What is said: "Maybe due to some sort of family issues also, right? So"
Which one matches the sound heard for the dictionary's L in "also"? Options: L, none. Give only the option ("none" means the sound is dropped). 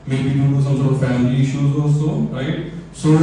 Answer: none